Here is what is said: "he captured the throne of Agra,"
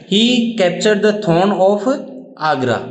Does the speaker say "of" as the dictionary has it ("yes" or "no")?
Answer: no